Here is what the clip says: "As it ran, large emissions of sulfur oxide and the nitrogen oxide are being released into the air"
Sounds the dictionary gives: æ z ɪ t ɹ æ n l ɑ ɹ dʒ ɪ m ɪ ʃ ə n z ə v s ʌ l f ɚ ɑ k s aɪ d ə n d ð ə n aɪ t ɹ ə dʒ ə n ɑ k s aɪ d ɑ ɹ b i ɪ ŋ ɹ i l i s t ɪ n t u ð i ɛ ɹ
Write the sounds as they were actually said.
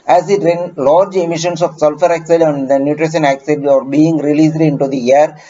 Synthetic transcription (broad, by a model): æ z ɪ t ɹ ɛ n l ɑ ɹ dʒ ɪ m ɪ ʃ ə n s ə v s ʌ l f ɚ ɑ k s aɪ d ə n d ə n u t ɹ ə ʃ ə n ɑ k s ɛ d ɑ ɹ b i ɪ ŋ ɹ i l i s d ɪ n t u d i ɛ ɹ